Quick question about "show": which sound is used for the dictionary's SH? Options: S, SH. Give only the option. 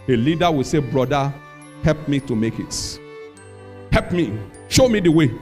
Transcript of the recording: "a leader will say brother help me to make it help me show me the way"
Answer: SH